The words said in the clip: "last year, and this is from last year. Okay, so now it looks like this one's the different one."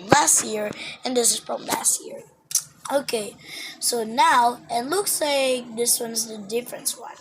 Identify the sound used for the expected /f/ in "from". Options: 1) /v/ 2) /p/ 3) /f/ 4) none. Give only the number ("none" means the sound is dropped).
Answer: 2